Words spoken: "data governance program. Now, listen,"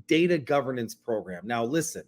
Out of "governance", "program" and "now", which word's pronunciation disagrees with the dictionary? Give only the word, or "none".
none